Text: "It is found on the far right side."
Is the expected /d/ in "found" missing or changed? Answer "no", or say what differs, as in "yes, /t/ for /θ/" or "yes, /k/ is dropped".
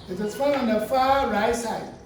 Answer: yes, /d/ is dropped